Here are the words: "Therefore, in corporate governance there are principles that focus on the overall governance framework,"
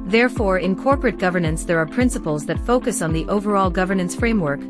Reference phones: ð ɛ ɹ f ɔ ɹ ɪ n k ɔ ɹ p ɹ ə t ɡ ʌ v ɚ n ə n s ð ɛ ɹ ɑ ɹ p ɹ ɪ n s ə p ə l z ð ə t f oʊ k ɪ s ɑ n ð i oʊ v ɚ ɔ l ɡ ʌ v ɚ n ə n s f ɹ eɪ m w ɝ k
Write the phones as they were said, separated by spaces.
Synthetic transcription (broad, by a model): ð ɛ ɹ f ɔ ɹ ɪ n k ɔ ɹ p ɹ ə t ɡ ʌ v ɚ n ə n s ð ɛ ɹ ɑ ɹ p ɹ ɪ n s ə p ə l z ð ə t f oʊ k ɪ s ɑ n ð i oʊ v ɚ ɔ l ɡ ʌ v ɚ n ə n s f ɹ eɪ m w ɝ k